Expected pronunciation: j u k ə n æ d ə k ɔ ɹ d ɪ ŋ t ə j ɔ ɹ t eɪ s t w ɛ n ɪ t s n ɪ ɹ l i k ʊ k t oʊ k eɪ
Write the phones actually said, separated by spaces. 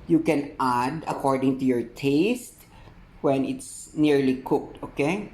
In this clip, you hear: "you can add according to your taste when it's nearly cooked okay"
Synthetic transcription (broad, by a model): j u k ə n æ d ə k ɔ ɹ d ɪ ŋ t ə j ɔ ɹ t eɪ s t w ɛ n ɪ t s n ɪ ɹ l i k ʊ k t oʊ k eɪ